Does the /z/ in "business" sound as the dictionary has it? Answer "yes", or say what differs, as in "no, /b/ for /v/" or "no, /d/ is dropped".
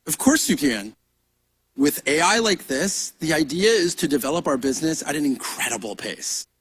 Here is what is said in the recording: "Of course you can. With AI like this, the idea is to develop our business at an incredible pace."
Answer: yes